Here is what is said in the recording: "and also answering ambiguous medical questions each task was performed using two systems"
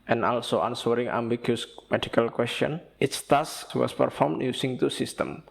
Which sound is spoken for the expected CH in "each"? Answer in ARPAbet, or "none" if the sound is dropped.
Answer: S